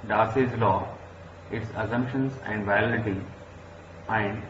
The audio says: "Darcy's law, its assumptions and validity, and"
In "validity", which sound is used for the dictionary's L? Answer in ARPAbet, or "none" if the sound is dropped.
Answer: none